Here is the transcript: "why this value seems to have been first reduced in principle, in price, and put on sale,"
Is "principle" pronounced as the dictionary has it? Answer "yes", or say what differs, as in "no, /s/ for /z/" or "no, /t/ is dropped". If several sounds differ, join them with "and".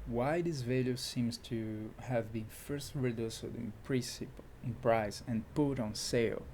no, /n/ is dropped